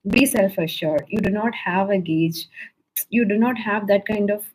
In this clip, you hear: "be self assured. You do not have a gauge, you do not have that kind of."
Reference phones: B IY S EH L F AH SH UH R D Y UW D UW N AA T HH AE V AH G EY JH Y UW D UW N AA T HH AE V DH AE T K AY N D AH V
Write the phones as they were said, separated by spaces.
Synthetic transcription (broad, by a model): B IY S EH L F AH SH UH R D Y UW D UW N AA T HH AE V AH G EY JH Y UW D UW N AA T HH AE V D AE T K AY N D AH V